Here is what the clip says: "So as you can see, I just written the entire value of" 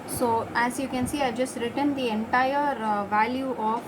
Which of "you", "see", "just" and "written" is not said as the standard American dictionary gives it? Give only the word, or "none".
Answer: none